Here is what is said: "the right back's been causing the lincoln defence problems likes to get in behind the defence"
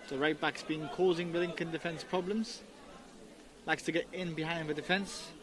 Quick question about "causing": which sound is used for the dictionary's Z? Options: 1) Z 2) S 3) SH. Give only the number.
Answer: 1